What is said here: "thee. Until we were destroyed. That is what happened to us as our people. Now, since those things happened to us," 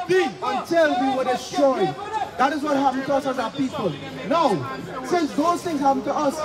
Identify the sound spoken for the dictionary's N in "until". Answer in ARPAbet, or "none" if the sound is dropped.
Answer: N